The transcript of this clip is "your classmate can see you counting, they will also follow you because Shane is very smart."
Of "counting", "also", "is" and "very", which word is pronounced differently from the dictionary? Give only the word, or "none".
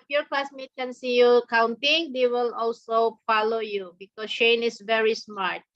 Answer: is